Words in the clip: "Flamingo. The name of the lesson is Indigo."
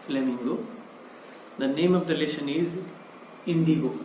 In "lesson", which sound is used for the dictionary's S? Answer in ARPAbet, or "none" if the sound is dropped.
SH